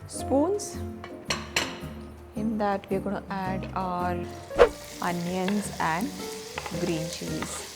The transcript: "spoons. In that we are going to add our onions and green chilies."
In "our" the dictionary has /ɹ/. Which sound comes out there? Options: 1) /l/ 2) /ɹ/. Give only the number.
1